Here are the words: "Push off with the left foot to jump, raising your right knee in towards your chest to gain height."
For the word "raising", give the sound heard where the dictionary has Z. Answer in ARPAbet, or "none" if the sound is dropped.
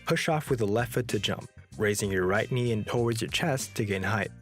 Z